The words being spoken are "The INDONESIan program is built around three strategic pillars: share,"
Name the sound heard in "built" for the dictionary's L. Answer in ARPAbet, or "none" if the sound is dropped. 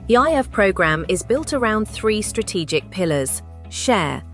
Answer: L